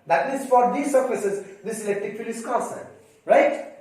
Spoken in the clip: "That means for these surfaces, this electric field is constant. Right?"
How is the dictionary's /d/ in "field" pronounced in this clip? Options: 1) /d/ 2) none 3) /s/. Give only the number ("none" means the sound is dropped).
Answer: 2